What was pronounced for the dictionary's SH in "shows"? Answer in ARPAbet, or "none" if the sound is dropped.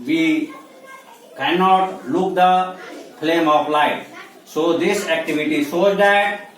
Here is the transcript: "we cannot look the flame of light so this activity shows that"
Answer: S